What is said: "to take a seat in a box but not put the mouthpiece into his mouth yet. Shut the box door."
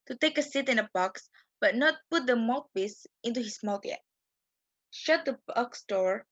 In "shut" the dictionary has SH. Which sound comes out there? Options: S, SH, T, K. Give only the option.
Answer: SH